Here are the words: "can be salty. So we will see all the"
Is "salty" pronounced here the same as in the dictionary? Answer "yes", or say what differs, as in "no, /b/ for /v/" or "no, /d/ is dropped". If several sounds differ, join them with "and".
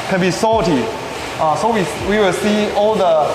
no, /l/ is dropped